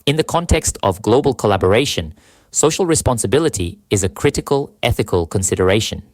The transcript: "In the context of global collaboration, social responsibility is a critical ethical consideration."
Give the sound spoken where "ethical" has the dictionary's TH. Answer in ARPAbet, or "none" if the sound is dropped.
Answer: TH